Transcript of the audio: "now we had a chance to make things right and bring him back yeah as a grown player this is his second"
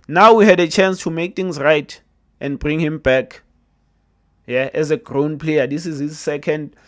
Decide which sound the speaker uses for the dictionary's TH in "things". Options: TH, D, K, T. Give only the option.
T